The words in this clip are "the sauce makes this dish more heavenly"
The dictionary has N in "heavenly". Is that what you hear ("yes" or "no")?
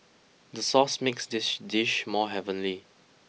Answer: yes